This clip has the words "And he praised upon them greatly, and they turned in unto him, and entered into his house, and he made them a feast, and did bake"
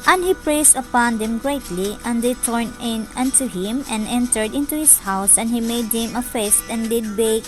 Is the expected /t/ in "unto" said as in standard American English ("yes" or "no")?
yes